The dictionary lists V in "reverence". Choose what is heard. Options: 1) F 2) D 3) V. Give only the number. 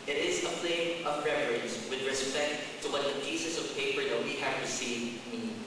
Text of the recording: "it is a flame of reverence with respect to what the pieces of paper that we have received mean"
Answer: 1